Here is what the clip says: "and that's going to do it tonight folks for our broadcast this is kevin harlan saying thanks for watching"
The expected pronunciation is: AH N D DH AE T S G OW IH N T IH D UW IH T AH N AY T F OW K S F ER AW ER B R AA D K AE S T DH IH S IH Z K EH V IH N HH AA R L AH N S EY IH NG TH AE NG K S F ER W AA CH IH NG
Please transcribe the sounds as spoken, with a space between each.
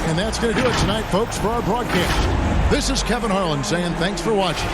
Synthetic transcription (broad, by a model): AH N DH AE T S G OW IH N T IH D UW IH T AH N AY T F OW K S F ER AW ER B R AA D K AE S T DH IH S IH Z K EH V IH N HH AA R L AH N S EY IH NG TH AE NG K S F ER W AA CH IH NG